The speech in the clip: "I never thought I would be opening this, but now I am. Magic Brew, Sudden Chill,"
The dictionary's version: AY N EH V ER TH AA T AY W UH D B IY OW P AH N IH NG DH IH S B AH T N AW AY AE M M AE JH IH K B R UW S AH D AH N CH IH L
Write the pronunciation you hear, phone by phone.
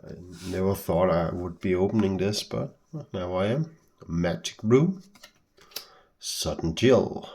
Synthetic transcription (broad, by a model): AY N EH V ER TH AA T AY W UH D B IY OW P AH N IH NG DH IH S B AH T N AW AY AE M M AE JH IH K R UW S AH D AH N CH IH L